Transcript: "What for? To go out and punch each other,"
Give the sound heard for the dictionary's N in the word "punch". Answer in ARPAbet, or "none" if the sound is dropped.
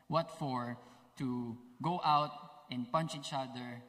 N